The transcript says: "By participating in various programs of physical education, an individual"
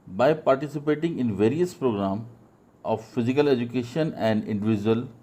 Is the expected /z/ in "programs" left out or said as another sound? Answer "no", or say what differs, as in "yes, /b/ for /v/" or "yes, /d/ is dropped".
yes, /z/ is dropped